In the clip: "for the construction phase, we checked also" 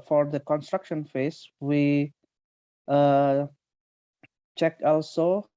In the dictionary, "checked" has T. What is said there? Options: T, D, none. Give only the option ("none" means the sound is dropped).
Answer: none